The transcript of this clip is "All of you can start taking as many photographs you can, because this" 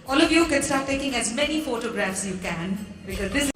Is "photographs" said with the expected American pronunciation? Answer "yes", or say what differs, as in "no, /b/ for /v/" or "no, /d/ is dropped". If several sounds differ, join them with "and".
yes